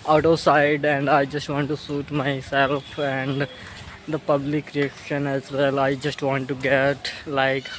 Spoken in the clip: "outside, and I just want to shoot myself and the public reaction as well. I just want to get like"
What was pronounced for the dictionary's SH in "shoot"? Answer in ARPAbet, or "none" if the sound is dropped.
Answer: S